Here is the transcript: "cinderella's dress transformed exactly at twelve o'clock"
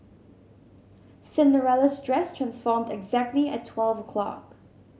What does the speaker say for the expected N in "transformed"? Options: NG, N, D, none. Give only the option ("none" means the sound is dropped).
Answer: N